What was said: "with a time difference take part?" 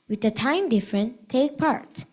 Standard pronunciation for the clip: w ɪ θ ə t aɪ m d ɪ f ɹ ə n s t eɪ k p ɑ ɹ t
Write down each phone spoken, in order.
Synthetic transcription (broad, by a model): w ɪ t ə t aɪ m d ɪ f ɹ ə n t eɪ k p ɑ ɹ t